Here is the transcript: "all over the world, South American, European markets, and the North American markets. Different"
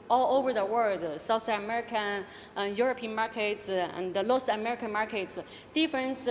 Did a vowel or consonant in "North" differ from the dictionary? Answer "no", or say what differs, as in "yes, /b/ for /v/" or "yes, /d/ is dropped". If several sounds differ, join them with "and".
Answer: yes, /l/ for /n/